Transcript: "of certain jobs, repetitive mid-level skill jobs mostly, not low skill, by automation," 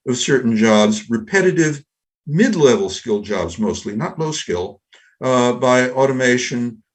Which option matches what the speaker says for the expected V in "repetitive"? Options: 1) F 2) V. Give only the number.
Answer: 2